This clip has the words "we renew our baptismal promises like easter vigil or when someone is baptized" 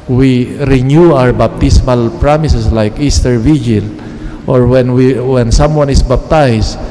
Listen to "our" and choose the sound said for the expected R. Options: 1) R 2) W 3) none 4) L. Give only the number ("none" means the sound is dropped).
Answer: 1